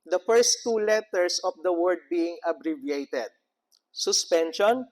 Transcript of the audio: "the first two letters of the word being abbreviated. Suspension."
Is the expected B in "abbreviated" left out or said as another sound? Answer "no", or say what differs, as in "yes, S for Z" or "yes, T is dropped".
no